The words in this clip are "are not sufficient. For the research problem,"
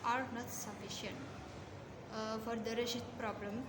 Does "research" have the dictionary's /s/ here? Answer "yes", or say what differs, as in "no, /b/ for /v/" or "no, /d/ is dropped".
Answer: no, /ʃ/ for /s/